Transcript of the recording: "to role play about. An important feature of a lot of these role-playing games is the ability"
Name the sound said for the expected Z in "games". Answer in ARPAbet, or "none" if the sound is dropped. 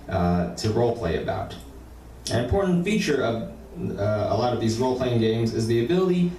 Z